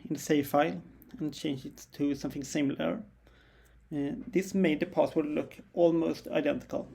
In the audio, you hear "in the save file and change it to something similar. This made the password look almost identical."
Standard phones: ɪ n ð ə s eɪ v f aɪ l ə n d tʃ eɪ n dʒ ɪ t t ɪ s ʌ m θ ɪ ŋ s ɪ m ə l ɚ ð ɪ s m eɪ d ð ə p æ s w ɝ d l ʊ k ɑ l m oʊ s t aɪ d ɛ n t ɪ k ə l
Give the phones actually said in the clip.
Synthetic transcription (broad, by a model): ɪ n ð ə s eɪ f aɪ l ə n tʃ eɪ n dʒ ɪ t t ɪ s ʌ m θ ɪ ŋ s ɪ m l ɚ ð ɪ s m eɪ d ð ə p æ s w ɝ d l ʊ k ɑ l m oʊ s t aɪ d ɛ n t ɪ k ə l